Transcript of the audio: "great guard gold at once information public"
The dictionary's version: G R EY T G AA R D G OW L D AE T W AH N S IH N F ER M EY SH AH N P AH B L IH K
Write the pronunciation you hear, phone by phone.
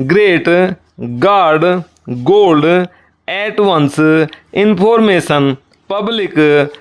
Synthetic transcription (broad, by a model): G R EY T G AA R D G OW L D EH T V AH N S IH N P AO M EY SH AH N P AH B L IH K